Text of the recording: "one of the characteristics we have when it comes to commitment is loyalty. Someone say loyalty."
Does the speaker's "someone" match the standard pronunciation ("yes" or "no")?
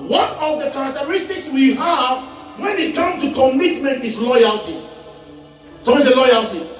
no